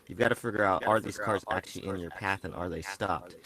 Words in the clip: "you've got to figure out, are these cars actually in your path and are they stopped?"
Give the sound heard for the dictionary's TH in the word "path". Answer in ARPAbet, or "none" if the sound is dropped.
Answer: TH